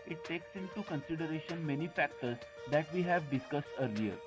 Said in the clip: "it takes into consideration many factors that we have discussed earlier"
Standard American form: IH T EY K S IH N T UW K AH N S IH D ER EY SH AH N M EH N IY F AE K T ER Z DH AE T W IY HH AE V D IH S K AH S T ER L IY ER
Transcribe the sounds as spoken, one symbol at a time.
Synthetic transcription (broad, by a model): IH T EY K S IH N T UW K AH N S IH D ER EY SH AH N M EH N IY F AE K T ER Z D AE T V IY HH AE V D IH S K AH S T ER L IY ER